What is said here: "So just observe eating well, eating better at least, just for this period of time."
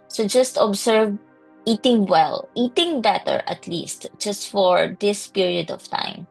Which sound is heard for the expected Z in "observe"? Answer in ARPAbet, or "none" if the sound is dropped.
S